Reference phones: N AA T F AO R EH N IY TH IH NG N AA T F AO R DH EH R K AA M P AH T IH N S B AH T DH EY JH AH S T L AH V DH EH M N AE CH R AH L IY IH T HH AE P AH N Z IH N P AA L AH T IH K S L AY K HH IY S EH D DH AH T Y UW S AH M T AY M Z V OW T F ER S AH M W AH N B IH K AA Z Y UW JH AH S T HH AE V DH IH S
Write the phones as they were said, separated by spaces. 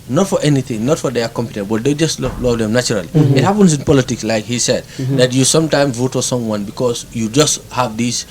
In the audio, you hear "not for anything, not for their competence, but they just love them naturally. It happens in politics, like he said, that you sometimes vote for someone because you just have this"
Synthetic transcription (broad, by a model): N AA T F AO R EH N IY TH IH NG N AA T F AO R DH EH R K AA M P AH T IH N B AH T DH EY JH AH S T L AH V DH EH M N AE CH R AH L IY IH T HH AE P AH N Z IH N P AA L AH T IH K S L AY K HH IY S EH D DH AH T Y UW S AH M T AY M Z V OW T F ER S AH M W AH N B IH K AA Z Y UW JH AH S T HH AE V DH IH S